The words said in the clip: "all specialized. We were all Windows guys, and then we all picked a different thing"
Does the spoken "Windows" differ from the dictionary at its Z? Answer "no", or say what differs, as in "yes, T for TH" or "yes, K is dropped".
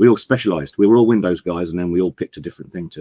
no